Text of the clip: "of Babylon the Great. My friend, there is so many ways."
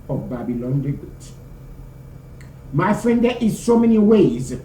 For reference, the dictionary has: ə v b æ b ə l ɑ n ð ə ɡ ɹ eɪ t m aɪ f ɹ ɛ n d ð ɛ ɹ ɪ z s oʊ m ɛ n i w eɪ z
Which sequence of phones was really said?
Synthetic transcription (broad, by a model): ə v b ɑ b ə l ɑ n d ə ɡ eɪ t m aɪ f ɹ ɛ n d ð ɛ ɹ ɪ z s oʊ m ɛ n i w eɪ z